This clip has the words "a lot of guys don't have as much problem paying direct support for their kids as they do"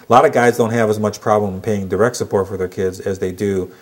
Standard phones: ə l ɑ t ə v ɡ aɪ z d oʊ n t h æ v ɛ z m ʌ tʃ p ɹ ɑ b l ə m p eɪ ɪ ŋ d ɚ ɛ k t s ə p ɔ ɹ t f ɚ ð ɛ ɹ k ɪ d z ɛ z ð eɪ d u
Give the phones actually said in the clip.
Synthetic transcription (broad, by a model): l ɑ t ə v ɡ aɪ z d oʊ n t h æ v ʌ z m ʌ tʃ p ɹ ɑ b l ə m p eɪ ɪ ŋ d ɚ ɛ k t s ə p ɔ ɹ t f ɚ ð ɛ ɹ k ɪ d z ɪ z ð eɪ d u